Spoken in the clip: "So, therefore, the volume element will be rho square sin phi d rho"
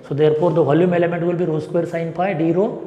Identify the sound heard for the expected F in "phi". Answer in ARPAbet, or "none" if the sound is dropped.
P